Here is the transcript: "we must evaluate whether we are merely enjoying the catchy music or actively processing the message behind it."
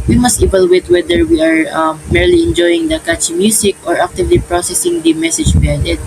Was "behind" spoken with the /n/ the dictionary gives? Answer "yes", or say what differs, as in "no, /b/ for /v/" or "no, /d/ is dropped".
no, /n/ is dropped